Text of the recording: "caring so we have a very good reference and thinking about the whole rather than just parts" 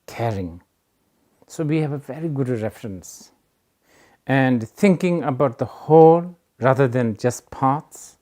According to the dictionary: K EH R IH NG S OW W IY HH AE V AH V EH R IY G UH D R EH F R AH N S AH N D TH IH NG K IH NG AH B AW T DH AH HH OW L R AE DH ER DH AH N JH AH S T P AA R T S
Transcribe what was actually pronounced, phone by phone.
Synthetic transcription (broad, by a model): K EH R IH NG S OW W IY HH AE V AH V EH R IY G UH D R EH F R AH N S AH N D T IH NG K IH NG AH B AW T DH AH HH OW L R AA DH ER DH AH N JH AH S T P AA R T S